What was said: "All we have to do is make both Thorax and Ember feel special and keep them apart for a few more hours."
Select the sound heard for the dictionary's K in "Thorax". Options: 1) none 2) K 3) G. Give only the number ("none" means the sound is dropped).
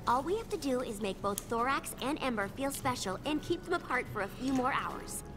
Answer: 2